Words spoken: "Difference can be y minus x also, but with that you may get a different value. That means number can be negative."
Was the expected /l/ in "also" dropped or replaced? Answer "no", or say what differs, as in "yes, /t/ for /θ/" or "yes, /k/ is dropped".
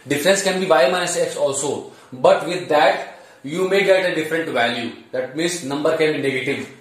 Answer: no